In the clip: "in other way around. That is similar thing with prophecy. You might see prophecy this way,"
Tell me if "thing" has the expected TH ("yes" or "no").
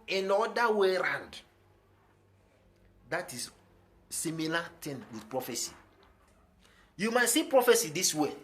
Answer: no